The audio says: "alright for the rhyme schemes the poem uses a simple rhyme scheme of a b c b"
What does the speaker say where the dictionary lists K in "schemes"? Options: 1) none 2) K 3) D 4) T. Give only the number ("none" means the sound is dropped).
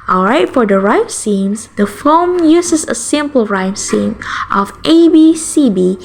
1